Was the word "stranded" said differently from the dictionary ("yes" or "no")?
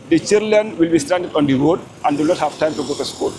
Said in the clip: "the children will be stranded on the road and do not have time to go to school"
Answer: yes